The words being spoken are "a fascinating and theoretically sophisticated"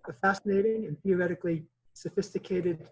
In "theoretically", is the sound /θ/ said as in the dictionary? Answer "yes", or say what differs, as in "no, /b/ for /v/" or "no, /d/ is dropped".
yes